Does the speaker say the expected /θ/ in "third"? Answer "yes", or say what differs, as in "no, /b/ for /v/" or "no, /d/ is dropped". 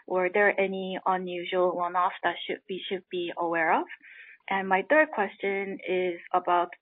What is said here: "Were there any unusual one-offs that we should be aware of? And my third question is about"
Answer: yes